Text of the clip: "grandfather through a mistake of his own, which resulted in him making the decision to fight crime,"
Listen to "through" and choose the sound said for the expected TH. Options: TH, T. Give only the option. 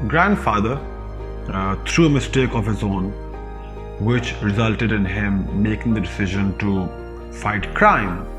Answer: T